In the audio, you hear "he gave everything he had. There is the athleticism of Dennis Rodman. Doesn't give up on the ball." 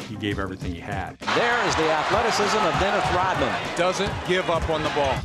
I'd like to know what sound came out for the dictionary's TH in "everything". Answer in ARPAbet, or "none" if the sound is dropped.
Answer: TH